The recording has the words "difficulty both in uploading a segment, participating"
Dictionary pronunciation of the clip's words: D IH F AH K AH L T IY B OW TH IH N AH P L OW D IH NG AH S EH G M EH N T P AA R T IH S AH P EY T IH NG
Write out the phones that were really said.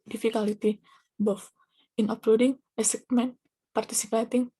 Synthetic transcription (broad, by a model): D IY F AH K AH L T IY B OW F IH N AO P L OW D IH NG AH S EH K M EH N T P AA R T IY S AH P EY T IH NG